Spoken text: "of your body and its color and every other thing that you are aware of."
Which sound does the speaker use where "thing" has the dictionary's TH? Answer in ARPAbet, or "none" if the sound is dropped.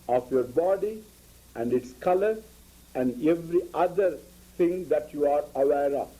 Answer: T